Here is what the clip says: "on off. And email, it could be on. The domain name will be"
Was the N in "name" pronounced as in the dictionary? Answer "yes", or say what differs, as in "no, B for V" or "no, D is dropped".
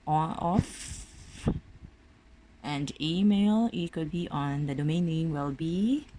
no, L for N